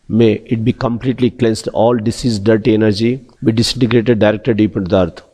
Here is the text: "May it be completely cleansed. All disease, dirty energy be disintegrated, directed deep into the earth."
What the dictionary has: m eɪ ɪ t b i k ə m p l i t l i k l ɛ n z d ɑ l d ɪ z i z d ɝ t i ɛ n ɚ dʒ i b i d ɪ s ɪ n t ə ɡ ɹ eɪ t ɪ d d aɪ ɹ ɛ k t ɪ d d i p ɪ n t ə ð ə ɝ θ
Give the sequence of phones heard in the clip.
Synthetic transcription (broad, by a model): m eɪ ɪ t b i k ə m p l i t l i k l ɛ n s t ɑ l d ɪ s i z d ɝ t i ɛ n ɚ dʒ i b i d ɪ s ɪ n t ə ɡ ɹ eɪ t ɪ d d aɪ ɹ ɛ k t ɪ d d i p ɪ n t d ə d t